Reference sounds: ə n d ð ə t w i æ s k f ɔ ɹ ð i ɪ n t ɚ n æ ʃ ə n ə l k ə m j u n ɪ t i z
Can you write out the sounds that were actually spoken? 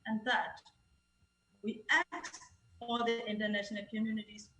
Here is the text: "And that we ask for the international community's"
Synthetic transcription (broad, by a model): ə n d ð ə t w i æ k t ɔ l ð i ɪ n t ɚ n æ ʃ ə n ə l k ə m j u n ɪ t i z